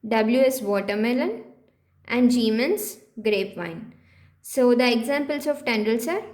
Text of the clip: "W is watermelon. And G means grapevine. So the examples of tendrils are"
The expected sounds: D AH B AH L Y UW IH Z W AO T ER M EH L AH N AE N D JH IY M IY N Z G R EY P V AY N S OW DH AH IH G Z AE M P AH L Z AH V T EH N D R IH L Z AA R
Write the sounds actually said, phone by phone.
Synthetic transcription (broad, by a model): D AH B L Y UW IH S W AO T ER M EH L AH N AE N D JH IY M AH N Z G R EY P V AY N S OW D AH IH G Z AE M P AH L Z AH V T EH N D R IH L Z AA R